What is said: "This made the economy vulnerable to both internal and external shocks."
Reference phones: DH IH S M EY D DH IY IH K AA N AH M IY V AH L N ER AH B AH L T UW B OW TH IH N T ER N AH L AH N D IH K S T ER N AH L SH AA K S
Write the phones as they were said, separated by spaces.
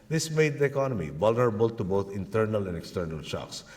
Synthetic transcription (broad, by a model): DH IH S M EY D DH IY IH K AA N AH M IY V AH L N ER AH B AH L T UW B OW T IH N T ER N AH L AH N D IH K S T ER N AH L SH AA K S